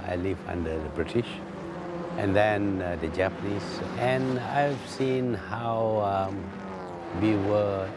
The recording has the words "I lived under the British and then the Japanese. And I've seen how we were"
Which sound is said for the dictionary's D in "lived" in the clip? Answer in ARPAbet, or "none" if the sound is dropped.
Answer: none